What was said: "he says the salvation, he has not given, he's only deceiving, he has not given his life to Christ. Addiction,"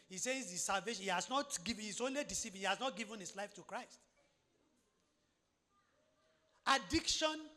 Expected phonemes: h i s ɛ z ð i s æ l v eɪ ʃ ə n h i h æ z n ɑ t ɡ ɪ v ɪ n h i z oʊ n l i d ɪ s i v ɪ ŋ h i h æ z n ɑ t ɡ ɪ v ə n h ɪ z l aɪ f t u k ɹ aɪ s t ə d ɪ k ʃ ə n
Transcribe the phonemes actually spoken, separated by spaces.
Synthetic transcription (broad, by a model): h i s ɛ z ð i s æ l v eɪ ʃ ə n h i h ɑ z n ɑ t ɡ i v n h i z oʊ n l i d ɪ s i p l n h i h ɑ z n ɑ t ɡ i v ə n h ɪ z l aɪ f t u k ɹ aɪ s t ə d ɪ k ʃ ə n